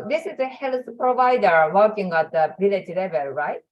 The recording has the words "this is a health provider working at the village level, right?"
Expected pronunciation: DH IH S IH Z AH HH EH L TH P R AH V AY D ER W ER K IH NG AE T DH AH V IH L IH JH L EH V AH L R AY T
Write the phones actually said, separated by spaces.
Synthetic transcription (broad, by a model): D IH S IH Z AH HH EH L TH P R AH V AY D ER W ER K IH NG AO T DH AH B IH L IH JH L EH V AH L R AY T